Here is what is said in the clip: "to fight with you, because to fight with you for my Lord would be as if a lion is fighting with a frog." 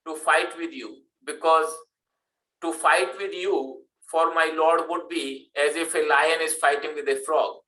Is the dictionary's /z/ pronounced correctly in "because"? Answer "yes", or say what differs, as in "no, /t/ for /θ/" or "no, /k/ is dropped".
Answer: yes